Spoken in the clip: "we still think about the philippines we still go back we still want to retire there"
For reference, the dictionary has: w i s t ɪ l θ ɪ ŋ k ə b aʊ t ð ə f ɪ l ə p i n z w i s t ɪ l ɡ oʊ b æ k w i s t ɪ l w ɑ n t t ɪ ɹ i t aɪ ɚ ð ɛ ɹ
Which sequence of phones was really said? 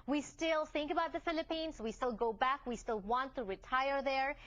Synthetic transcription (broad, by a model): w i s t ɪ l θ ɪ ŋ k ə b aʊ t ð ə f ɪ l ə p i n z w i s t ɪ l ɡ oʊ b æ k w i s t ɪ l w ɑ n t t ɪ ɹ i t aɪ ɚ ð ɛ ɹ